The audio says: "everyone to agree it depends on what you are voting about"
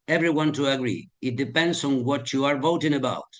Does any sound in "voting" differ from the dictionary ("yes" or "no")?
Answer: no